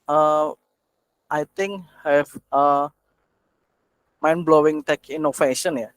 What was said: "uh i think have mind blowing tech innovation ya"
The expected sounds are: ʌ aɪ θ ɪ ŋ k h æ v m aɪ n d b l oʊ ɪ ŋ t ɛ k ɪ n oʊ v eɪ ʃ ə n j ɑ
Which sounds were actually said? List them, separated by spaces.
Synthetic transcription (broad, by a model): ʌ aɪ t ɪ ŋ k h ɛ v m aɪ n b l oʊ ɪ ŋ t ɛ k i n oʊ f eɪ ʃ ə n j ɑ